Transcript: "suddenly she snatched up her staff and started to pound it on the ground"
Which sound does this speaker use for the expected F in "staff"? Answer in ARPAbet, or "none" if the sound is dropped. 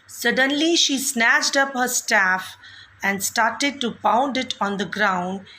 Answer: F